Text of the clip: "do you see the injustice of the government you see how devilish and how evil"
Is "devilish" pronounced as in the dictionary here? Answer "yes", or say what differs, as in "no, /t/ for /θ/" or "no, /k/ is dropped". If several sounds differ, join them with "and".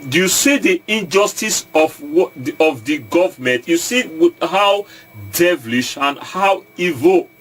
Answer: yes